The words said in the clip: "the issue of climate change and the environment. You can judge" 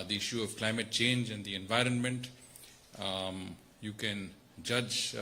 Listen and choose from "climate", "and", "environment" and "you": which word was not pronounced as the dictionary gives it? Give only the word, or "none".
none